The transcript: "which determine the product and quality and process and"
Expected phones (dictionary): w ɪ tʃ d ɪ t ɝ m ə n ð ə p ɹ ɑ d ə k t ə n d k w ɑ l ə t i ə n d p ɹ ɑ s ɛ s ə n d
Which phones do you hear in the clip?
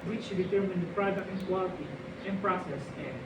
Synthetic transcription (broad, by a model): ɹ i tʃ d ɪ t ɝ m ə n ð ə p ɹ ɑ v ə t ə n k w ɑ l ə t i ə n p ɹ ɑ s ɛ s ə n